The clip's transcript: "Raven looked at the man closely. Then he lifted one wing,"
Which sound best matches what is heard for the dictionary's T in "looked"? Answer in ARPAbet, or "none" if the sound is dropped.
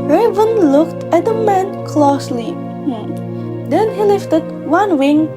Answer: T